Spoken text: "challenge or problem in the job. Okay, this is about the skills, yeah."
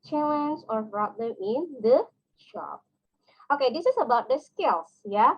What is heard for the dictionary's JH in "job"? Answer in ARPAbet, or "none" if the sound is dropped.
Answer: SH